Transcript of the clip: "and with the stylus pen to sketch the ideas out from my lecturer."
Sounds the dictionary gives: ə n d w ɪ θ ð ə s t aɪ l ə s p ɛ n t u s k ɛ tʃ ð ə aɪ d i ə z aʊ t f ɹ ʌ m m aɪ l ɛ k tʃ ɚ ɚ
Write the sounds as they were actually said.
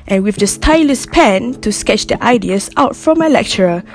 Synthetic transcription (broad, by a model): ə n w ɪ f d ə s t aɪ l ə s p ɛ n t u s k ɛ tʃ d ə aɪ d i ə s aʊ t f ɹ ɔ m m aɪ l ɛ k tʃ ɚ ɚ